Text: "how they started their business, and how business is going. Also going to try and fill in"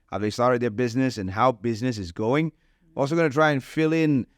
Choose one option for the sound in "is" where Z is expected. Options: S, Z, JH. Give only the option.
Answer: Z